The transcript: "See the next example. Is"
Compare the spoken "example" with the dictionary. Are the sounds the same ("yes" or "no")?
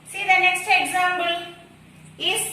no